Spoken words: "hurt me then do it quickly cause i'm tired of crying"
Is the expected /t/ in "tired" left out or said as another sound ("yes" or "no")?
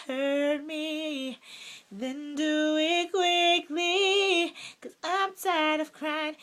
yes